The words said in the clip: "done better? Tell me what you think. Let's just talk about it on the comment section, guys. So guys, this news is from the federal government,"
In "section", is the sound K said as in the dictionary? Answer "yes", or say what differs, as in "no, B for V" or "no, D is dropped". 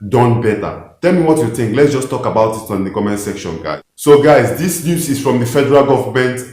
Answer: yes